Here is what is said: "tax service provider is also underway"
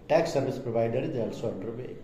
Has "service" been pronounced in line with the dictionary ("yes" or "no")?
no